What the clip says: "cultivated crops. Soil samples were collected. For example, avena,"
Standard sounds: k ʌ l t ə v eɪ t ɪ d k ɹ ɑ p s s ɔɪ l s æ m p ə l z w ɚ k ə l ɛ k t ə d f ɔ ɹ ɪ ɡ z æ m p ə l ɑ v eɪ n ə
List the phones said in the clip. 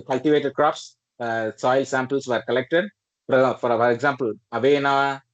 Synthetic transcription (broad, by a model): k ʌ l t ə v eɪ t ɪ d k ɹ ɑ p s s ɔɪ l s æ m p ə l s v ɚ k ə l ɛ k t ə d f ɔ ɹ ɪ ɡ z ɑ m p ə l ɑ v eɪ n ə